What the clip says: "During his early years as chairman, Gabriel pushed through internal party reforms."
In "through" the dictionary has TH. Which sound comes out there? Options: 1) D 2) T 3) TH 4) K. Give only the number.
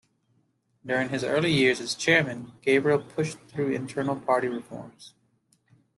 3